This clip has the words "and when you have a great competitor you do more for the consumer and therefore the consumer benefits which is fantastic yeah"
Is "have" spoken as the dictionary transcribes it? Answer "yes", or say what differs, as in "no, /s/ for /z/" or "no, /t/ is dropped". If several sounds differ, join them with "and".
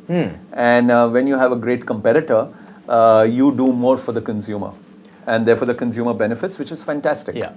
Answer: yes